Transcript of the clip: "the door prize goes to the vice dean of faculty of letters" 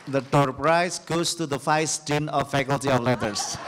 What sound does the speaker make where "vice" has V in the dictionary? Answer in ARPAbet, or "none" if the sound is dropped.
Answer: F